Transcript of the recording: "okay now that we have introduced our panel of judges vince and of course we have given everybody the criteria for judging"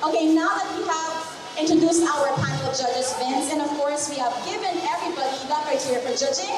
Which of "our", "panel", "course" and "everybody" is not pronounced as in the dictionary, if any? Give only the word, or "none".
panel